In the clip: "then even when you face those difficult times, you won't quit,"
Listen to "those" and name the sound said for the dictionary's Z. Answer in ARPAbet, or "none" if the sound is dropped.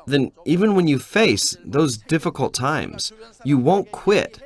Z